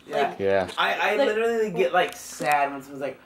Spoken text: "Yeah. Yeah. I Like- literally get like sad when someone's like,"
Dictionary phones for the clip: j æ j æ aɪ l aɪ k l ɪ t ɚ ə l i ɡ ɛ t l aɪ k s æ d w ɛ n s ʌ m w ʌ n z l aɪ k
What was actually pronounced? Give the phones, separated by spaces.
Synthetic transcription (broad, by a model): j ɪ j æ aɪ aɪ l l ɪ t ɚ l i ɡ ɛ t l aɪ k s æ d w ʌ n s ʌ w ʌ z l aɪ k